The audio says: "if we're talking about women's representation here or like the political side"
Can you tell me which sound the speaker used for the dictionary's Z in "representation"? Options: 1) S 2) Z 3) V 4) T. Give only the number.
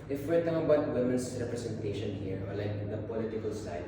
1